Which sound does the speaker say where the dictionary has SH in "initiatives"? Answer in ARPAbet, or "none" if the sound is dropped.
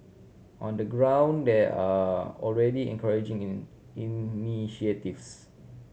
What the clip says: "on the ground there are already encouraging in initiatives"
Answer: none